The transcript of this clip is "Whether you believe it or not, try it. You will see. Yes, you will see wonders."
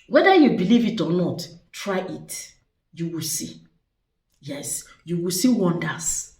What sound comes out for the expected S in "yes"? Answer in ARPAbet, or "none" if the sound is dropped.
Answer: S